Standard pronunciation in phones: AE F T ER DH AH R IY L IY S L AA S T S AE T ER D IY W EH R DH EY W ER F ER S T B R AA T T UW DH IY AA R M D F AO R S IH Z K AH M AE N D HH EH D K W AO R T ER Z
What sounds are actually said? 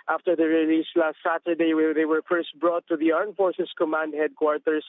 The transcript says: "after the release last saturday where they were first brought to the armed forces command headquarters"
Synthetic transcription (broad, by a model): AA F T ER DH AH R IY L IY S L AA S T S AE T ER D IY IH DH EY W ER F ER S T B R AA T T UW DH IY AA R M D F AO R S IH S K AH M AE N D HH EH D K W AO R T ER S